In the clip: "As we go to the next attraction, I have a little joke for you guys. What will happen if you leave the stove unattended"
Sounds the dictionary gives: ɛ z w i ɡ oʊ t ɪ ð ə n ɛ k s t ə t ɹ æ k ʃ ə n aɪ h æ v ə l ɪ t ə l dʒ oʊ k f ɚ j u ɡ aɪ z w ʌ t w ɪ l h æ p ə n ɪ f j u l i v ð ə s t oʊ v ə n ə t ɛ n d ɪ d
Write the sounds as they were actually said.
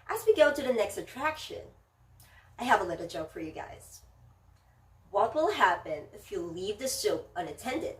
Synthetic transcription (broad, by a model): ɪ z w i ɡ oʊ t ɪ ð ə n ɛ k s t ə t ɹ æ k ʃ ə n aɪ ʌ v ə l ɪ t l dʒ oʊ k f ɚ j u ɡ aɪ z w ʌ t w ɪ l h æ p ə n ɪ f j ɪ l i v ð ə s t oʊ p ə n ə t ɛ n d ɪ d